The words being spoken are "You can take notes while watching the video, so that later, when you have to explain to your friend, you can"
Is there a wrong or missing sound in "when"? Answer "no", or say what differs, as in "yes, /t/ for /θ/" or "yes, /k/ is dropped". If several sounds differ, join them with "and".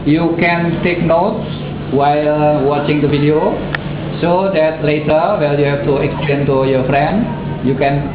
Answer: yes, /l/ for /n/